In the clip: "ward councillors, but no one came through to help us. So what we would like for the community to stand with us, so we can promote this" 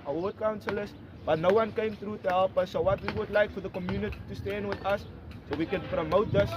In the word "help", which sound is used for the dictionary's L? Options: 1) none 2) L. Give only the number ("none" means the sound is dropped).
2